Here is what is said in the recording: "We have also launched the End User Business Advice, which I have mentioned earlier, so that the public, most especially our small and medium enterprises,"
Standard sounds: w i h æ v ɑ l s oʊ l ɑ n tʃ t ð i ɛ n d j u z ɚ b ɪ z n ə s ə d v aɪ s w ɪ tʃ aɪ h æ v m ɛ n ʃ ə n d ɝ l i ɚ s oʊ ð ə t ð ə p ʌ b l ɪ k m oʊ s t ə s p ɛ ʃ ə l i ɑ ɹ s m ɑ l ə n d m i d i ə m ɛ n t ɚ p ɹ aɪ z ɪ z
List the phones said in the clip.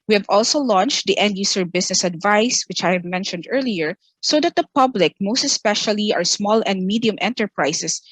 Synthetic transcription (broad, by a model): w i h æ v ɑ l s oʊ l ɑ n tʃ t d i ɛ n d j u s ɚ b ɪ s n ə s ə d v aɪ s w ɪ tʃ aɪ h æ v m ɛ n ʃ ə n d ɝ l i ɚ s oʊ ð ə t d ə p ʌ b l ɪ k m oʊ s t ə s p ɛ ʃ ə l i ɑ ɹ s m ɑ l ə n d m i d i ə m ɛ n t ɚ p ɹ aɪ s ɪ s